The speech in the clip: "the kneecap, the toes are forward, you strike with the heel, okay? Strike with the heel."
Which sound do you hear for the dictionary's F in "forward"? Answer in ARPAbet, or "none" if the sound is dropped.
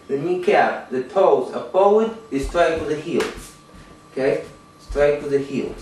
P